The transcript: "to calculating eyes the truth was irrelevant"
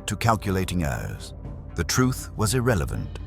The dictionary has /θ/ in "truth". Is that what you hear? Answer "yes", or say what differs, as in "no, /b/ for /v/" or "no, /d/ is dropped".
yes